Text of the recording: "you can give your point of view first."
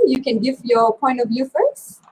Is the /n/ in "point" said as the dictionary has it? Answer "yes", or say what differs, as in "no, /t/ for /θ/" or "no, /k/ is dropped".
yes